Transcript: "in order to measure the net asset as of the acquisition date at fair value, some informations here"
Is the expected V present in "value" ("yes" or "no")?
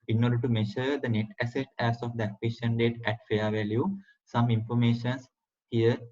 yes